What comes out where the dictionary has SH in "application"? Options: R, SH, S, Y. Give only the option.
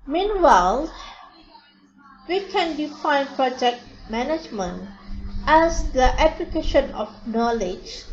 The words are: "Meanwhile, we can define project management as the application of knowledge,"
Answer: SH